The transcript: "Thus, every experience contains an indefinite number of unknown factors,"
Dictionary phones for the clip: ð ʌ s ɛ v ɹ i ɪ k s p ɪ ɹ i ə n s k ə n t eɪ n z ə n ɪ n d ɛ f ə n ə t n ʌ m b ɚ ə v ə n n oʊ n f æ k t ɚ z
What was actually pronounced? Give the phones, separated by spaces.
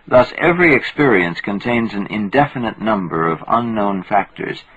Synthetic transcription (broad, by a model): ð ʌ s ɛ v ɹ i ɪ k s p ɪ ɹ i ə n s k ə n t eɪ n z ə n ɪ n d ɛ f ə n ə t n ʌ m b ɚ ə v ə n n oʊ n f æ k t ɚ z